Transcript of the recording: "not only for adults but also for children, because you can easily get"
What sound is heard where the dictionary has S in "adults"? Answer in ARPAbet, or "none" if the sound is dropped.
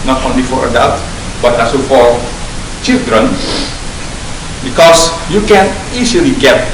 none